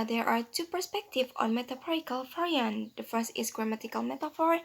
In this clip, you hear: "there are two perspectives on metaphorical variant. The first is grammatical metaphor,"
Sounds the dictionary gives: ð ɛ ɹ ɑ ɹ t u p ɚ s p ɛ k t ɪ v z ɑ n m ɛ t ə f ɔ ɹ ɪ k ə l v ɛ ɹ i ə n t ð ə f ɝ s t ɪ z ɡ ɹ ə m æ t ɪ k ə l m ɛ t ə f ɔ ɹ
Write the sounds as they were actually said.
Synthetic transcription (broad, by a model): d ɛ ɹ ɑ ɹ t u p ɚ s p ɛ k t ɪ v ɑ n m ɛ t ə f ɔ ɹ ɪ k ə l f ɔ ɹ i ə n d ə f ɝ s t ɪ s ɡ ɹ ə m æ t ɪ k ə l m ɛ t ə f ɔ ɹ